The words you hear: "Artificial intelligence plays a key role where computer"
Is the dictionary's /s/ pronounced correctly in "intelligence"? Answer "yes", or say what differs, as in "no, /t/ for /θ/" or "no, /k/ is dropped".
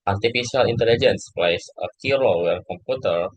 yes